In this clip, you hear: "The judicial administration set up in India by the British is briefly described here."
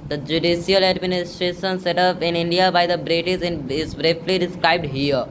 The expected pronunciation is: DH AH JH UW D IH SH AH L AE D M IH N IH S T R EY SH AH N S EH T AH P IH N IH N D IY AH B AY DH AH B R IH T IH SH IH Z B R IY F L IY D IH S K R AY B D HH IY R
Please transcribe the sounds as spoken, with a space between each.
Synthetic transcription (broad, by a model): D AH JH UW D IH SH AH L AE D M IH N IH S T R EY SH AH N S EH T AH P IH N IH N D IY AH B AY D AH B R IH S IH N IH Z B R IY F L IY D IH S K R AY B D HH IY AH